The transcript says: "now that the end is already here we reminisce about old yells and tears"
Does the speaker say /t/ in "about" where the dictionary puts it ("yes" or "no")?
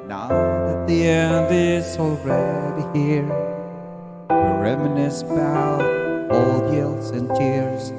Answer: no